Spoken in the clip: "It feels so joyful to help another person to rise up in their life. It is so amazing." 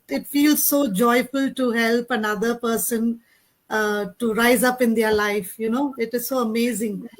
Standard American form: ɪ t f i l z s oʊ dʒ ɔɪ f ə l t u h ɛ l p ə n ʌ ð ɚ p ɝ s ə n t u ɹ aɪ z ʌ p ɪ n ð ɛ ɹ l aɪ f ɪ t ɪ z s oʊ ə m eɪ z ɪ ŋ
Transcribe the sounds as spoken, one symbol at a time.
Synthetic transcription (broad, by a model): ɪ t f i l z s oʊ dʒ ɔɪ f ə l t u h ɛ l p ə n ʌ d ɚ p ɝ s ə n t u ɹ aɪ z ʌ p ɪ n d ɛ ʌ l aɪ f ɪ t ɪ z s oʊ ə m eɪ z ɪ ŋ